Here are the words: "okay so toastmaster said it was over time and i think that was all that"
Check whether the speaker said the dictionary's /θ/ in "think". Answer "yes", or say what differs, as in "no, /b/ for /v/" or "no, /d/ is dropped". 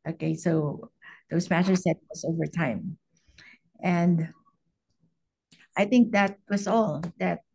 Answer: yes